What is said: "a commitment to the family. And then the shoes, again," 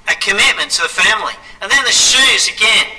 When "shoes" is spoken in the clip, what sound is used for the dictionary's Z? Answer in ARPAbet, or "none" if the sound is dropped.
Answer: Z